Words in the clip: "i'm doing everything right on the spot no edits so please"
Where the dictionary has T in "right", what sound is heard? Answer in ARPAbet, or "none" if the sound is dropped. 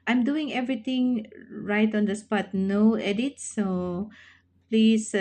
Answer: T